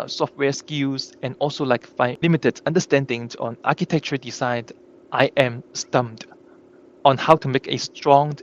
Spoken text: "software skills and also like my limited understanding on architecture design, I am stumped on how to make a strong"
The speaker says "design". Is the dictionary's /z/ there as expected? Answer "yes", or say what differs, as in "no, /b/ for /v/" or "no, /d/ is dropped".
no, /s/ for /z/